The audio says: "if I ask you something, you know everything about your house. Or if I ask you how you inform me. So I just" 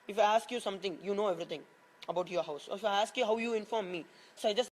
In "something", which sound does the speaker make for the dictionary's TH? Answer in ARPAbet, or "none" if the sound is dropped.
T